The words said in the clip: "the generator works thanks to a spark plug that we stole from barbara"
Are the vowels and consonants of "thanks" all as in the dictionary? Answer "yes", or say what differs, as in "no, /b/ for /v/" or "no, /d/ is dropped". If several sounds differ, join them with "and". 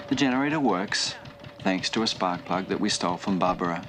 yes